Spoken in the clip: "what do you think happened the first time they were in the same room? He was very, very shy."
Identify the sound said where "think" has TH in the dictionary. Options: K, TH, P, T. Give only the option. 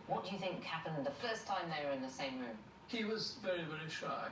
TH